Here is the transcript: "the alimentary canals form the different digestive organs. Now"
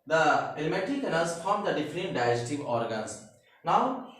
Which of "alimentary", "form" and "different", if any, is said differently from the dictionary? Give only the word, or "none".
alimentary